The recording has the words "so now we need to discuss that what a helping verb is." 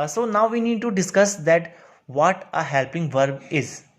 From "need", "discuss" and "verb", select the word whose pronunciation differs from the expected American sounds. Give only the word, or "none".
none